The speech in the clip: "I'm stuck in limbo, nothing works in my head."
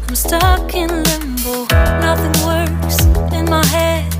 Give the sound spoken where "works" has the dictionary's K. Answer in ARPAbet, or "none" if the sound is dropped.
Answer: none